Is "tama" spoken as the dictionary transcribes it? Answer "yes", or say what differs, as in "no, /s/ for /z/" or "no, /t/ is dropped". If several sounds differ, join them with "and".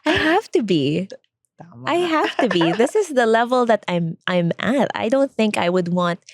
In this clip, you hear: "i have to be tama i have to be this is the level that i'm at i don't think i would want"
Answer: no, /m/ is dropped